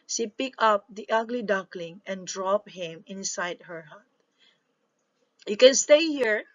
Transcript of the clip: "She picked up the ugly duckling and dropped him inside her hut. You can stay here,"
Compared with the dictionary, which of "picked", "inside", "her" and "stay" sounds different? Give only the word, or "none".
picked